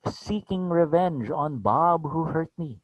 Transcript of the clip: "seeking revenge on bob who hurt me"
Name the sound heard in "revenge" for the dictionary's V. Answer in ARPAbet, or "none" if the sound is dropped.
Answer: V